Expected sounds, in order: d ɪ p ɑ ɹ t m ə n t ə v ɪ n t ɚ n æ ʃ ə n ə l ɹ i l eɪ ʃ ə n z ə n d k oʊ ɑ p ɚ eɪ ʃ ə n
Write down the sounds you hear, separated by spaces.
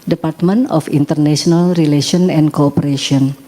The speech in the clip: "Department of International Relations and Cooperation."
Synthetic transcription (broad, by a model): d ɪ p ɑ ɹ t m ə n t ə f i n t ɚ n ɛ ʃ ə n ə l ɹ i l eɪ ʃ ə n ə n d k oʊ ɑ p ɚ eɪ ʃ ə n